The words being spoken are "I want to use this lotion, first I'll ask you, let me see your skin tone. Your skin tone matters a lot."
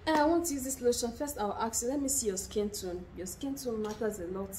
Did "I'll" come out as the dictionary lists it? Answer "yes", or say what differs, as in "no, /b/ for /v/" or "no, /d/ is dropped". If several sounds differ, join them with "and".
no, /w/ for /l/